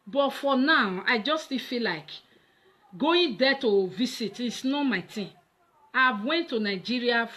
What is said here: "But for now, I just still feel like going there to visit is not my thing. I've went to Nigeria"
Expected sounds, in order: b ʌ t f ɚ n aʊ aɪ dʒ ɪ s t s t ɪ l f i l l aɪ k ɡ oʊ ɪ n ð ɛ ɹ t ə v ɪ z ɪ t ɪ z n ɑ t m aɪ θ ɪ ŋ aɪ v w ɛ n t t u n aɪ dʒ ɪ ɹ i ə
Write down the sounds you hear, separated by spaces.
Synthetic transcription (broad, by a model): b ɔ t f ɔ n aʊ aɪ dʒ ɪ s s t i f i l l aɪ k ɡ oʊ ɪ n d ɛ t ə v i s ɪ t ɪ s n ɑ t m aɪ t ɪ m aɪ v w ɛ n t t u n aɪ dʒ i ɹ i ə